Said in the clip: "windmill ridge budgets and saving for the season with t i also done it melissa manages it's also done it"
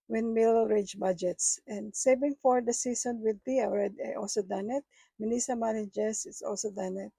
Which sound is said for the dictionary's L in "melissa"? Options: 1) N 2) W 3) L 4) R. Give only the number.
1